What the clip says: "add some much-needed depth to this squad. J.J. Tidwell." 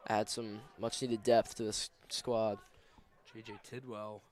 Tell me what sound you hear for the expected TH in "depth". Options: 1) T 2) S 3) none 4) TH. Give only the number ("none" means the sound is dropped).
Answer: 4